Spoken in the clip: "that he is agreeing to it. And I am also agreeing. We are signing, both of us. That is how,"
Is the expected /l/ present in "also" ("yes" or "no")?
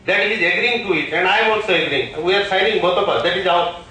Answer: no